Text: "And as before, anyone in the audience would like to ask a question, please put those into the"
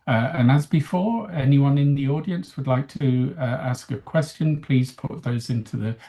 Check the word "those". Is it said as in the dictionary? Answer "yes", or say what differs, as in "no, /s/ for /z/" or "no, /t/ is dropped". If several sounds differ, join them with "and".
yes